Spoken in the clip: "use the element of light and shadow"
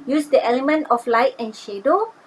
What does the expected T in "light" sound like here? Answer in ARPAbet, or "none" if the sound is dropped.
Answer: T